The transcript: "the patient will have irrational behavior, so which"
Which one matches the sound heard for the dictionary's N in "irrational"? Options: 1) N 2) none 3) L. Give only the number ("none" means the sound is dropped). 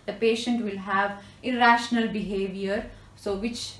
1